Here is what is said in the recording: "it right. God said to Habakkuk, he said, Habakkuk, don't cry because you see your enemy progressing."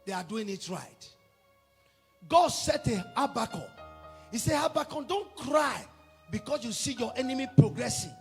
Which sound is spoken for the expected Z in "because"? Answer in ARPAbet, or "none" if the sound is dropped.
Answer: S